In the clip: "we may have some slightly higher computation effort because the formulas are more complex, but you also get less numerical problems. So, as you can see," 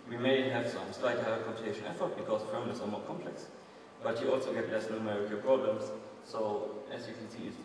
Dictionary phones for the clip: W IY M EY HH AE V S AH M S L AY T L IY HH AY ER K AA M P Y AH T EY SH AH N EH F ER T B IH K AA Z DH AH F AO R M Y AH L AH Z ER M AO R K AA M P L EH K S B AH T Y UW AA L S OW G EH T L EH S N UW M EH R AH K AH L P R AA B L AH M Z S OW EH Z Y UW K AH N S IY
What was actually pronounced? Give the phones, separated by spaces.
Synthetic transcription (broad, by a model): W IY M EY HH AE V S AH M S L AY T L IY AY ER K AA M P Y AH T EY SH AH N EH F ER T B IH K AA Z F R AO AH N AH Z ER M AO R K AA M P L EH K S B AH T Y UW AA L S OW G EH T L EH S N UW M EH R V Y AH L P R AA B L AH M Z S OW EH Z Y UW K AH N S IY